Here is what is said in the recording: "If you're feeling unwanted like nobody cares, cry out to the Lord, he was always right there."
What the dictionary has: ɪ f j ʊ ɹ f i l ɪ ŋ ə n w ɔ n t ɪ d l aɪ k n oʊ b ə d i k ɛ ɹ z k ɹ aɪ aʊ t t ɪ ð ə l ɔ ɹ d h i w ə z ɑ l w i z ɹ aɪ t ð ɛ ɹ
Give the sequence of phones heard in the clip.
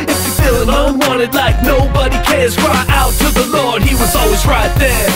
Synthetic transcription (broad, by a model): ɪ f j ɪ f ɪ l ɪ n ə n w ɔ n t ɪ d l aɪ k n oʊ b ə d i k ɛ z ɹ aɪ aʊ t t ɪ ð ə l ɔ ɹ d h i w ə z ɑ l w i z ɹ aɪ t ð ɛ ɹ